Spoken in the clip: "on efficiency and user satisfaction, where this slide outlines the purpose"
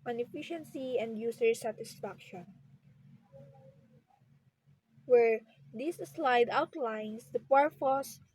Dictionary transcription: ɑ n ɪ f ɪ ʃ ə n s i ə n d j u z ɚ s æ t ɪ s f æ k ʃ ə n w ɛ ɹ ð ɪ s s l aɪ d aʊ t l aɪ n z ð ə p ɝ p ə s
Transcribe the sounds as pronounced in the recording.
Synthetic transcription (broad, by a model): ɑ n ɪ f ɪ ʃ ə n s i ə n d j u s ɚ s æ t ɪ s f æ k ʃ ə n w ɛ ɹ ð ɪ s s l aɪ d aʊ t l aɪ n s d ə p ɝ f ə s